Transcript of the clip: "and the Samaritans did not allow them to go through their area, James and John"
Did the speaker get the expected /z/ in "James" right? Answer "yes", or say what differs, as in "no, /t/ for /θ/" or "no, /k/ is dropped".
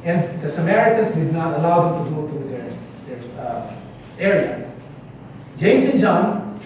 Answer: no, /s/ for /z/